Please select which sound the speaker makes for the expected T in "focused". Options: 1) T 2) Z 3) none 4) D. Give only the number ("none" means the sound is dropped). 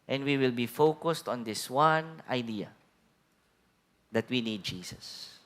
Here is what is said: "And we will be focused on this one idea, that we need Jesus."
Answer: 1